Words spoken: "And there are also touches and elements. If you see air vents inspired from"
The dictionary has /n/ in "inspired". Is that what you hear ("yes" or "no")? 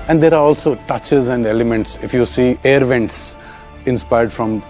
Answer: yes